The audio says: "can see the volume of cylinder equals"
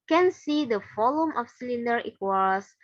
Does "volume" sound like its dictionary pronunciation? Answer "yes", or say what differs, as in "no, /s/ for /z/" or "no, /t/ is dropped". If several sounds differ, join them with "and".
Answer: no, /f/ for /v/